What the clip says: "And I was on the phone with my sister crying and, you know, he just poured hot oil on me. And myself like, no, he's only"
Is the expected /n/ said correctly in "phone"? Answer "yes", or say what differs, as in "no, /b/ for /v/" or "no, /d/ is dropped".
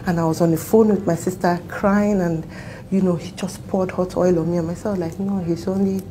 yes